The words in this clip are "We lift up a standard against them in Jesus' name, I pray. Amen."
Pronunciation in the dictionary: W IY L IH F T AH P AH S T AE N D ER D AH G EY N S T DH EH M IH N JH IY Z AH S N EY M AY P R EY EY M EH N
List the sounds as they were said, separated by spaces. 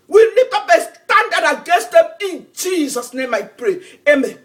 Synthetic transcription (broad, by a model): W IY L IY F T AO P AH S T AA N D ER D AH G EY S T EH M IH N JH IY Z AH S N EY M AY P R EY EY M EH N